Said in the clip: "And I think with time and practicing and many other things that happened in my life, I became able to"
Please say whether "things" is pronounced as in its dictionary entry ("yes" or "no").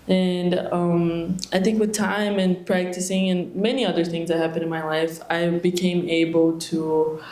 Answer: yes